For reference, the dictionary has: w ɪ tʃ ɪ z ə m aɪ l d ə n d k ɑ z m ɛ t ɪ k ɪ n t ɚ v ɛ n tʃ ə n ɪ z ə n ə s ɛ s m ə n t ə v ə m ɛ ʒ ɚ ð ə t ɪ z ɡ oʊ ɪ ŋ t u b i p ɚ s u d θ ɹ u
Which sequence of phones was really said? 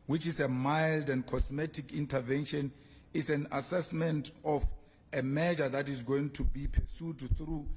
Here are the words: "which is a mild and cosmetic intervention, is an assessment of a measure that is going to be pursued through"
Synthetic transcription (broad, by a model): w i tʃ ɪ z ə m aɪ l d ə n d k ɑ s m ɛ t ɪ k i n t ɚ v ɛ n ʃ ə n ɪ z ə n ə s ɛ s m ə n t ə f ə m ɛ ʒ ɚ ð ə t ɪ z ɡ oʊ ɪ ŋ t u b i p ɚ s u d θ ɹ u